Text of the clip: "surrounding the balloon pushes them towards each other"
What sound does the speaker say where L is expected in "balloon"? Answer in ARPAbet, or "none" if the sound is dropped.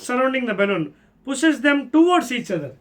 N